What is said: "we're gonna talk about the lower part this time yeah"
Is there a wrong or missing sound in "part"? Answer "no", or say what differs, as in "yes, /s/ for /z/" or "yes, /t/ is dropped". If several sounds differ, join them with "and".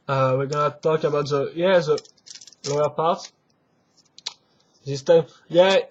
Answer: no